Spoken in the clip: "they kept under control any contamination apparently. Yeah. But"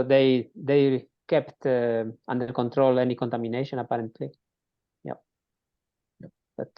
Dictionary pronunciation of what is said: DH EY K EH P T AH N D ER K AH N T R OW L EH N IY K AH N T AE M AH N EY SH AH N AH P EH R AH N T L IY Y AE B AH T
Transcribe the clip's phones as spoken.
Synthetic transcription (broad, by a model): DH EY K EH P T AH N D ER K AH N T R OW L EH N IY K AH N T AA M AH N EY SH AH N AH P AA R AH N T L IY Y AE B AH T